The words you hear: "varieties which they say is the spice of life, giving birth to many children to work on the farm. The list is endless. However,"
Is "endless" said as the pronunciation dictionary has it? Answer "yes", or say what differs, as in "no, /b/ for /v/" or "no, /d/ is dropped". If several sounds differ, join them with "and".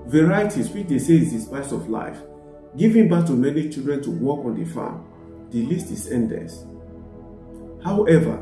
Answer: no, /l/ is dropped